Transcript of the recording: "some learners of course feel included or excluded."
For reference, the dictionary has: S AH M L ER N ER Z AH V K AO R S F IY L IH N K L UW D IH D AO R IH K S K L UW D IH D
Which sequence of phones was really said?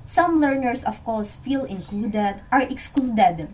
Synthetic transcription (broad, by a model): S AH M L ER N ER S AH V K AO R S F IY L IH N K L UW D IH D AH R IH K S K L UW D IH D